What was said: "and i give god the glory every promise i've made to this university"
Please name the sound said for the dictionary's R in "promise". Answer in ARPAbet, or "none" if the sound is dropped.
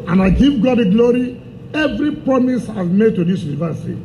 none